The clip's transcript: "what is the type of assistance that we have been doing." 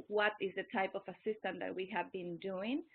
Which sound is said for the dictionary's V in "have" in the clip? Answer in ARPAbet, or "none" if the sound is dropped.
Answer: V